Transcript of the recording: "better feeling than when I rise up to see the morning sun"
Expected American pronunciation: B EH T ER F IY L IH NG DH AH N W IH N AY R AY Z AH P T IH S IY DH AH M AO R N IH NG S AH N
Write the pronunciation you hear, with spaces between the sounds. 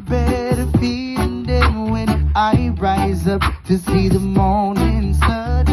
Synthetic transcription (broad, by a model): B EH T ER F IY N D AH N W IH N AY R AY Z AH P T IH S IY DH AH M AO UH N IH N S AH